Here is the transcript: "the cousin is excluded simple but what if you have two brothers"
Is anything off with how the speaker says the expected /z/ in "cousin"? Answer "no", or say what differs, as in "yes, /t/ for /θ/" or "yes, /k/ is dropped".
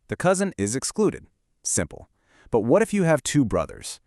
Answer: no